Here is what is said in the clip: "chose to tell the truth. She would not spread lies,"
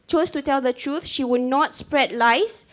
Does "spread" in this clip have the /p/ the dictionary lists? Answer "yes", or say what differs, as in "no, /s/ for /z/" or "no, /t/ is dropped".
yes